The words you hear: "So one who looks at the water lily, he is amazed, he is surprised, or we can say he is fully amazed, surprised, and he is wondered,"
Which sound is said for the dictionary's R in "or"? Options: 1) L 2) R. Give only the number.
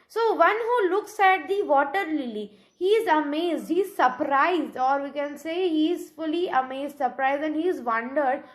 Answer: 2